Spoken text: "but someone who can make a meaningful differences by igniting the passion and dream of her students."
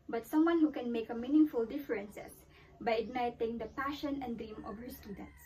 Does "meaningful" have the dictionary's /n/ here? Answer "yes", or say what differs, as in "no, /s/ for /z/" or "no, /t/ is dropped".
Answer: yes